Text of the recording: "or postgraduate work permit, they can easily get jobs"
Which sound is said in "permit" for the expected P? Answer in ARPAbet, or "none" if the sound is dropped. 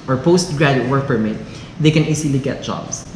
P